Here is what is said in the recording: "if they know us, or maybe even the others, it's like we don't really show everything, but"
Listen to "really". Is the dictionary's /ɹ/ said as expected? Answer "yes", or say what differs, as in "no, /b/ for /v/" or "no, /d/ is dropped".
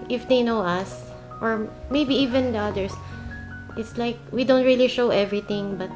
yes